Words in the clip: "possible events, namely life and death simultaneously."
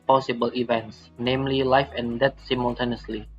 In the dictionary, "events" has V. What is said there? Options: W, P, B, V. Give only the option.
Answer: V